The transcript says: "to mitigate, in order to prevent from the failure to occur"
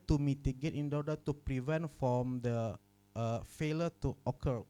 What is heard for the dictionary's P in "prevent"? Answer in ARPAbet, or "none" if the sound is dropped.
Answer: P